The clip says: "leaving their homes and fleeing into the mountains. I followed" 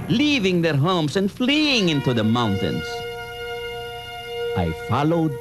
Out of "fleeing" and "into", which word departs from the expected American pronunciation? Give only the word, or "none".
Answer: none